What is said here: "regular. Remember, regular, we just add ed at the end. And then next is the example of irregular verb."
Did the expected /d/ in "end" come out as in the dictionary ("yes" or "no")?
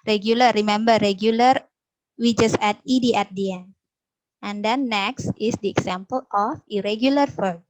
no